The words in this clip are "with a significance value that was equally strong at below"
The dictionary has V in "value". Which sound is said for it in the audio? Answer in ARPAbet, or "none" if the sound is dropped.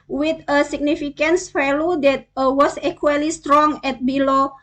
F